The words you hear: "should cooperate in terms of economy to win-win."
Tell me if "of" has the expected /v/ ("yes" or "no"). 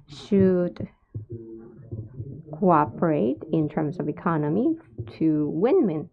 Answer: yes